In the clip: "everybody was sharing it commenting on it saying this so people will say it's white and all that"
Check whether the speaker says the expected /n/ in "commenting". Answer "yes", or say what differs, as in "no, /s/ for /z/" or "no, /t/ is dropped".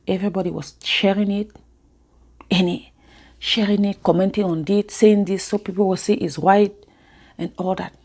yes